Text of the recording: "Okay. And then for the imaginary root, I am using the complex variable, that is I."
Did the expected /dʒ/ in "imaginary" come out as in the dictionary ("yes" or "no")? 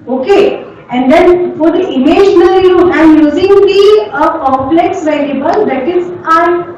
no